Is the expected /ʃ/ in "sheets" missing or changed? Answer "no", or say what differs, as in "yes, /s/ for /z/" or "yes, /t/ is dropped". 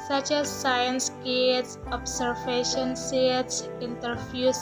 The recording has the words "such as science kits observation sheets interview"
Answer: yes, /s/ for /ʃ/